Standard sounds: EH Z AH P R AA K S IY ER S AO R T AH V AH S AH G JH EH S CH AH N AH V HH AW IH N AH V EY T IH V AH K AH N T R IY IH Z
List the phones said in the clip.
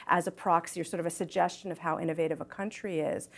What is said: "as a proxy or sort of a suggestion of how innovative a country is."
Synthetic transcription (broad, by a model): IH Z AH P R AA K S IY ER S AO R T AH V AH S AH G JH EH S CH AH N AH V HH AW IH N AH V EY T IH V AH K AH N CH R IY IH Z